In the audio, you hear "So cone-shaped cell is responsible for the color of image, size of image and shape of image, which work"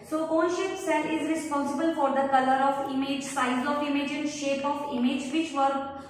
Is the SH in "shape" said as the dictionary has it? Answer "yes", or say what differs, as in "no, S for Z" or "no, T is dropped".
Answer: yes